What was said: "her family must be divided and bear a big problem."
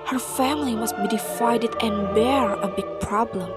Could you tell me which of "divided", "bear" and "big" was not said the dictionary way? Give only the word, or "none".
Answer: divided